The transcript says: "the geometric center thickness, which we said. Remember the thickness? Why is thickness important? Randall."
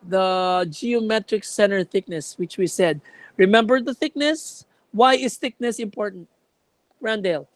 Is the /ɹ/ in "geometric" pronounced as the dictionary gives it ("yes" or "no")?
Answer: yes